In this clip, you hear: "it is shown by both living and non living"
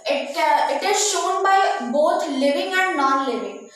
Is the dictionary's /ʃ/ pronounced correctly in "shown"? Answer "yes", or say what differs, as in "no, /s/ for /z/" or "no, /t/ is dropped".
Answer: yes